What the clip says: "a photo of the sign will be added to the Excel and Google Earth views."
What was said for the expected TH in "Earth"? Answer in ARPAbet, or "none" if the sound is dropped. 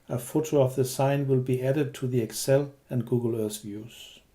S